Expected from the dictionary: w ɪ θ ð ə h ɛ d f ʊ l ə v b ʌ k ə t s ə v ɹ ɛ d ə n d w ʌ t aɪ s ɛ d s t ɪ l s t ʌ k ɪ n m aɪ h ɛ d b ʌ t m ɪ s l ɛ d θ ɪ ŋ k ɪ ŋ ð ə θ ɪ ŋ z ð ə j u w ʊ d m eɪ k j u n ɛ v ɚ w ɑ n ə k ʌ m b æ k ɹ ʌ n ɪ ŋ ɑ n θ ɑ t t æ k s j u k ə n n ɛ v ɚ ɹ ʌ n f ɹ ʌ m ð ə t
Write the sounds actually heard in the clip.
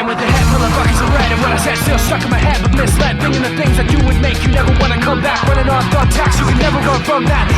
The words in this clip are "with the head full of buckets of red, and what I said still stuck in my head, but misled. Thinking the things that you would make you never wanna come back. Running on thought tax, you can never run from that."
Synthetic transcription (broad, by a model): w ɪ ð ə h ɛ d f ʊ l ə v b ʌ k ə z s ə ɹ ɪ d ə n w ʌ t aɪ s ɛ d s t ɪ l s t ʌ k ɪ m aɪ h ɛ d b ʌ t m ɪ s l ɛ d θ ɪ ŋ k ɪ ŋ ð ə θ ɪ ŋ z ð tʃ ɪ w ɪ d m eɪ k j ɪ n ɛ v ɚ w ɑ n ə k ʌ m b æ k w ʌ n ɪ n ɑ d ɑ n t æ k s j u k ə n n ɛ v ɚ w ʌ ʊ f ɹ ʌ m ð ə t